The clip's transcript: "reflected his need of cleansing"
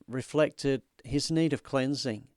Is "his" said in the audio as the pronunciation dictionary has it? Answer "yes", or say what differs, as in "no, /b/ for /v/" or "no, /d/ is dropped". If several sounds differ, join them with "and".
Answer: yes